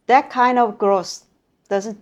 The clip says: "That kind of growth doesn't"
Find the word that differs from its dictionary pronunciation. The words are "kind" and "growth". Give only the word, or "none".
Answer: growth